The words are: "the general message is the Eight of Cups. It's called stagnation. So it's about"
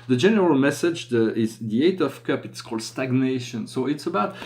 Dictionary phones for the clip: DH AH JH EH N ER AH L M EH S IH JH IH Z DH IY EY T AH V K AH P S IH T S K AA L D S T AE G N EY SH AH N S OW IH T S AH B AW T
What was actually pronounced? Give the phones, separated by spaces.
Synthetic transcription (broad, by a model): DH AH JH EH N ER AH L M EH S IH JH IH Z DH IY EY T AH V K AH P IH T S K AA L D S T AE G N EY SH AH N S OW IH T S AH B AW T